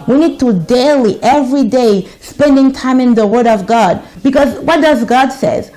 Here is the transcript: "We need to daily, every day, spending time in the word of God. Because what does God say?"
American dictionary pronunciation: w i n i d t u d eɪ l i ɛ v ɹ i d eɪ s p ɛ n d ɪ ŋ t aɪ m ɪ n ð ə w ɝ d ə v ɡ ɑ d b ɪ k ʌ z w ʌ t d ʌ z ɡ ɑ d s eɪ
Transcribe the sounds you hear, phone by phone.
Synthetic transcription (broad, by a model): w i n i d t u d eɪ l i ɛ v ɹ i d eɪ s p ɛ n d ɪ ŋ t aɪ m ɪ n ð ə w ɝ d ə v ɡ ɑ d b ɪ k ʌ z w ʌ t d ʌ z ɡ ɑ d s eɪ